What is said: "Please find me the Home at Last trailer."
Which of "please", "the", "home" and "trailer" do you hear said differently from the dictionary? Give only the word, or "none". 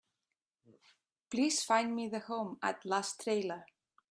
please